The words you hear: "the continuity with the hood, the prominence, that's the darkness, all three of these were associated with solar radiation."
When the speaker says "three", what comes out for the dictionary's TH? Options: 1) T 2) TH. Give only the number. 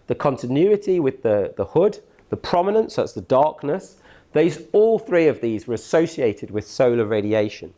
2